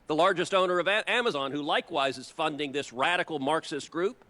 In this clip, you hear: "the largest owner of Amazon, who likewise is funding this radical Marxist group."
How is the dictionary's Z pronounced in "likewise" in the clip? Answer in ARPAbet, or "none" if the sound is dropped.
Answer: Z